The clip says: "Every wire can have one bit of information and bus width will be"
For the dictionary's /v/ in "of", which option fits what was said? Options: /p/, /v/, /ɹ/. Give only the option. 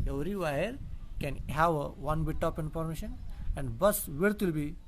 /p/